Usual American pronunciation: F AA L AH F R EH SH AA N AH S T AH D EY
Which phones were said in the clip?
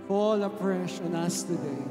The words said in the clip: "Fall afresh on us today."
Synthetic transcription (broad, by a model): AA L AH P R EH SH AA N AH S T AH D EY